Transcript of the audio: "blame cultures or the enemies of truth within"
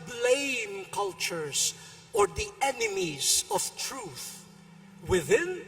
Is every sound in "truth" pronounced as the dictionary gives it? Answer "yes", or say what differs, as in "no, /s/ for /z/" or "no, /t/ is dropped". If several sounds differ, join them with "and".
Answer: yes